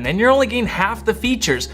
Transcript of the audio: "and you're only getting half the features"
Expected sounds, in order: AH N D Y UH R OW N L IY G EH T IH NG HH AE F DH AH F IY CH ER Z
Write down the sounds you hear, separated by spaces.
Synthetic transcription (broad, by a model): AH N Y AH R OW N L IY G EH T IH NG HH AE F DH AH F IY CH ER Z